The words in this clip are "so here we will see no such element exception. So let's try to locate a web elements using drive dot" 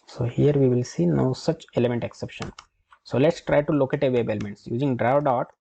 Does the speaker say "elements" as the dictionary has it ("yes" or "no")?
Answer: yes